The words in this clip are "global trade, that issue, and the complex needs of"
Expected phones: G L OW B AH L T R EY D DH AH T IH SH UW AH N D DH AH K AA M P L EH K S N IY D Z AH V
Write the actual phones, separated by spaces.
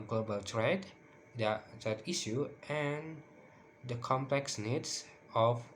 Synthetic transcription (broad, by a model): G L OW B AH L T R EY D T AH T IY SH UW AH N D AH K AA M P L EH K S N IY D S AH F